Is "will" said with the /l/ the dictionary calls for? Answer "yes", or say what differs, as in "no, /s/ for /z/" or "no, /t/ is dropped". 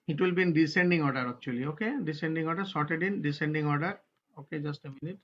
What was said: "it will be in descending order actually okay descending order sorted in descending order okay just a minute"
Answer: yes